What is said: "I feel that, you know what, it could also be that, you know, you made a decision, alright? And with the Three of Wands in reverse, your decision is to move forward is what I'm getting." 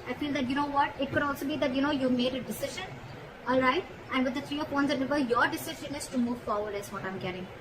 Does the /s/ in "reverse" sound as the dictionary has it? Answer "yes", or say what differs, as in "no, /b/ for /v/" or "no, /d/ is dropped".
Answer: no, /s/ is dropped